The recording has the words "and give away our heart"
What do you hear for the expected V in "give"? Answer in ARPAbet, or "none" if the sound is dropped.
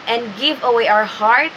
V